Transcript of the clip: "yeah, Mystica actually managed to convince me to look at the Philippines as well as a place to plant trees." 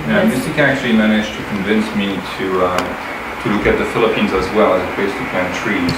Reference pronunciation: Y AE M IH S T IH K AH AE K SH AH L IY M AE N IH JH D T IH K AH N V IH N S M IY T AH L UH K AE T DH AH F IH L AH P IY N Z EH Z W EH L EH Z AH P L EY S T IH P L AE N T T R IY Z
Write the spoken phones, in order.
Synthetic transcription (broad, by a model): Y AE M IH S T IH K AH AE K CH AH L IY M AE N IH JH T IH K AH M V IH N S M IY T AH L UH K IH T DH AH F IH L AH P IY N Z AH Z W EH L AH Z AH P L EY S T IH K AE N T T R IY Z